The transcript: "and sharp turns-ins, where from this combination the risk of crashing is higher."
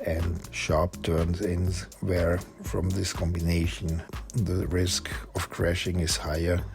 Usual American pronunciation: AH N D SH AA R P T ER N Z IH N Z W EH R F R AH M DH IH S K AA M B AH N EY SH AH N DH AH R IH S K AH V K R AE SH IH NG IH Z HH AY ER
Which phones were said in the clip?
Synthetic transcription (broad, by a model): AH N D SH AA R P T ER N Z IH N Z W EH R F R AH M DH IH S K AA M B AH N EY SH AH N DH AH R IH S K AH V K R AE SH IH NG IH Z HH AY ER